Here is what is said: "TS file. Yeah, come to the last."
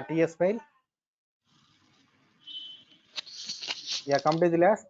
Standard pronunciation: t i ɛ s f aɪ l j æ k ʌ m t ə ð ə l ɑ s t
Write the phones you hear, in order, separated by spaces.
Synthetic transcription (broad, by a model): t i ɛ s p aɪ l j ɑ k ʌ m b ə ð l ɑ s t